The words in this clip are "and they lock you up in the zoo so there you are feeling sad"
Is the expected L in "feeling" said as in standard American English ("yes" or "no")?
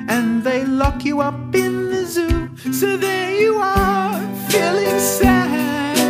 yes